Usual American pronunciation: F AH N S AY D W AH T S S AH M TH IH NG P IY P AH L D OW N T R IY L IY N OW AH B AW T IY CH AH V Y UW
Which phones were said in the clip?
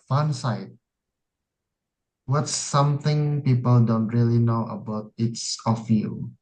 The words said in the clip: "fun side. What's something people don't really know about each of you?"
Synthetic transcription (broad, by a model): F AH N S AY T W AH T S S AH M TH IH NG P IY P AH L D OW N T R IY L IY N OW AH B AW T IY S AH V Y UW